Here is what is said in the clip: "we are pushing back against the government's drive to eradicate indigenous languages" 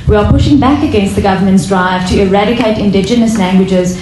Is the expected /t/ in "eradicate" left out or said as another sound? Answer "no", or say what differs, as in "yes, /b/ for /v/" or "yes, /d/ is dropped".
no